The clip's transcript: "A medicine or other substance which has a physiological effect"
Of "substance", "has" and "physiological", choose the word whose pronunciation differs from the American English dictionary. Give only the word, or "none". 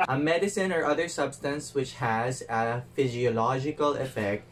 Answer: none